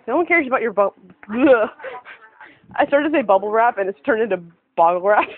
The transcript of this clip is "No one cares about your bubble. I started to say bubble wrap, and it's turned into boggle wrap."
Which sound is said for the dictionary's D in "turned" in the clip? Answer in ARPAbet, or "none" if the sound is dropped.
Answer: none